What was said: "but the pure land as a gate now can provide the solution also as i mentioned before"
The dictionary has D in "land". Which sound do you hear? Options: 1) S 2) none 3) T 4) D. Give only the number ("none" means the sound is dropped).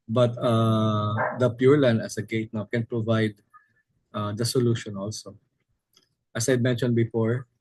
2